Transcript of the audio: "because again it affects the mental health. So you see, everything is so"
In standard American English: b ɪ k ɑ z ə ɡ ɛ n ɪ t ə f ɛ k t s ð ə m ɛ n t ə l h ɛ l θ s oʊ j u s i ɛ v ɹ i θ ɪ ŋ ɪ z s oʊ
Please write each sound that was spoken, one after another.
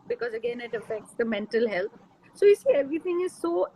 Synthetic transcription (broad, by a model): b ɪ k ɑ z ə ɡ ɛ n ɪ t ə f ɛ k t s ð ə m ɛ n t ə l h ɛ l t s oʊ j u s i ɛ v ɹ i t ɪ ŋ ɪ z s oʊ